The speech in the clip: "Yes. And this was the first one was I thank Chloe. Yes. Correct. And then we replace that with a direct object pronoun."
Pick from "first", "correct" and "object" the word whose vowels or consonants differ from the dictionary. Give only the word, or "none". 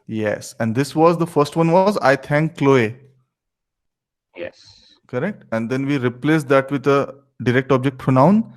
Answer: none